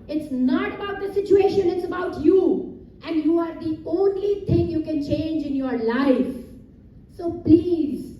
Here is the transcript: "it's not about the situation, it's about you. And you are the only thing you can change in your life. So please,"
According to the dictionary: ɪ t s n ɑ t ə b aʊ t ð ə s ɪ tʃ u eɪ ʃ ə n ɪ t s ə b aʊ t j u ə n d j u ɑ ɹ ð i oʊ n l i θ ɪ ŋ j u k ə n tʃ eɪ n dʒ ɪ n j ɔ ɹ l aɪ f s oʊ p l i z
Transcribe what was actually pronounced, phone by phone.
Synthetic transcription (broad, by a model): ɪ t s n ɑ t ə b aʊ t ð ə s ɪ tʃ u eɪ ʃ ə n ɪ t s ə b aʊ t j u ə n d j u ɑ ɹ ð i oʊ n l i t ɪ ŋ j u k ə n tʃ eɪ n dʒ ɪ n j ɔ ɹ l aɪ f s oʊ p l i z